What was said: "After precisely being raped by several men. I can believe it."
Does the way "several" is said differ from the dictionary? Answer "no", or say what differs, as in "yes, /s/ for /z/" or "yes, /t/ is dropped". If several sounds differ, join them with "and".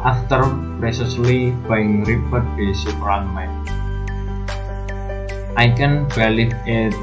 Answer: yes, /p/ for /v/ and /n/ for /l/